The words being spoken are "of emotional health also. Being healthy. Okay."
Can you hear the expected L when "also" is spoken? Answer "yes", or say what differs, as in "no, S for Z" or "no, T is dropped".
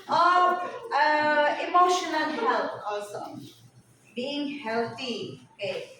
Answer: no, L is dropped